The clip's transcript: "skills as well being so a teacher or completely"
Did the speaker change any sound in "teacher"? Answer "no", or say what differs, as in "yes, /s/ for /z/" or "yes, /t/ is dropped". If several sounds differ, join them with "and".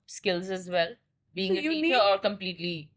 yes, /tʃ/ is dropped